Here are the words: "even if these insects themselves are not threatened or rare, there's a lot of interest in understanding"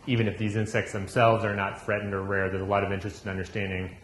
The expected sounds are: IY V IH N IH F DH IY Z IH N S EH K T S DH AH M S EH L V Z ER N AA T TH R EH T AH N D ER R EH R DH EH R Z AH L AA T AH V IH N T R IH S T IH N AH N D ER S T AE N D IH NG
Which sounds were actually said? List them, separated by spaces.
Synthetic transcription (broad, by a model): IY V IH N IH F DH IY Z IH N S EH K T S DH AH M S EH L V Z ER N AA T F R EH T N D ER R EH R DH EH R Z AH L AA T AH V IH N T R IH S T IH N AH N D ER S T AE N D IH NG